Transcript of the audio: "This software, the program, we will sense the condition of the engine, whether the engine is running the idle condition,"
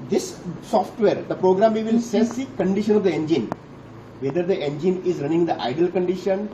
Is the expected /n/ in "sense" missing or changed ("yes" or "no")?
yes